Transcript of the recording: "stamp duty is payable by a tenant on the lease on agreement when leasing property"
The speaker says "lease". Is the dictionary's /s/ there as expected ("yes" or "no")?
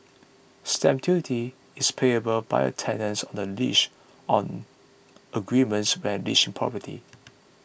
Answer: no